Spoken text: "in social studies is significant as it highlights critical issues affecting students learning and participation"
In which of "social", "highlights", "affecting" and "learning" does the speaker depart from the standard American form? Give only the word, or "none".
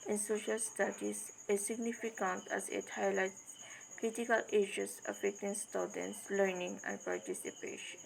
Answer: highlights